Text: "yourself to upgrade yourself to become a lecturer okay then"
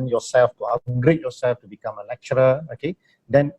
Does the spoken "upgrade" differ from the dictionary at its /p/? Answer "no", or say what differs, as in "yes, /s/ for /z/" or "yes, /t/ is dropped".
yes, /p/ is dropped